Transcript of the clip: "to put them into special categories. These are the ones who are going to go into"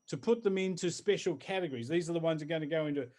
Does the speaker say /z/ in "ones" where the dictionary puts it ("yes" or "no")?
yes